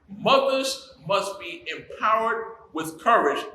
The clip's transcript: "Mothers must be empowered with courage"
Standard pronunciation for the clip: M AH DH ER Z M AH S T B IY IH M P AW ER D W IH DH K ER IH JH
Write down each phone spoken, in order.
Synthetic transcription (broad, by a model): M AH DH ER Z M AH S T B IY IH M P AW ER D W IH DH K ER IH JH